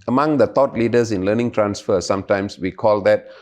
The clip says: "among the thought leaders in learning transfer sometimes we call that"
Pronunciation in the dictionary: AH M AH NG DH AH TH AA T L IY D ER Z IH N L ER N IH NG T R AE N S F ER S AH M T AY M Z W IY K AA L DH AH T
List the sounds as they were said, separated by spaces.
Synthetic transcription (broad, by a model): AH M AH NG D AH T AA T L IY D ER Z IH N L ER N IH NG T R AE N S F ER S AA M T AY M S W IY K AA L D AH T